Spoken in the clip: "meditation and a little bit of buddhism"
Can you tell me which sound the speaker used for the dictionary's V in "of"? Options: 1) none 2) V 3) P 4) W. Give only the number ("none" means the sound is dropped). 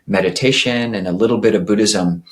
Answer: 2